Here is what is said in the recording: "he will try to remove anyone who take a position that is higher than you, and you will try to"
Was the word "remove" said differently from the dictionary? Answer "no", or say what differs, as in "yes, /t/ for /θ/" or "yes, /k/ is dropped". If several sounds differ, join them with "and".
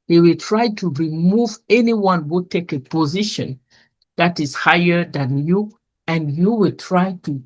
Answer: no